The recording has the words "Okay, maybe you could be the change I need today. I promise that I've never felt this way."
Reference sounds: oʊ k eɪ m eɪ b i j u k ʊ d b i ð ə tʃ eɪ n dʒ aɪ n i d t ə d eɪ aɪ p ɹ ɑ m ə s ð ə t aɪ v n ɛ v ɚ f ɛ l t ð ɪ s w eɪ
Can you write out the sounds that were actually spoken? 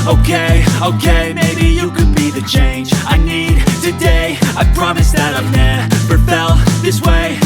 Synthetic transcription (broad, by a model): oʊ k eɪ m eɪ b i j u k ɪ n b i ð ə tʃ eɪ n dʒ aɪ n i d t ə d eɪ aɪ p ɹ ɑ m ə s ð ə t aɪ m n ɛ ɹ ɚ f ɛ l ð ɪ s w eɪ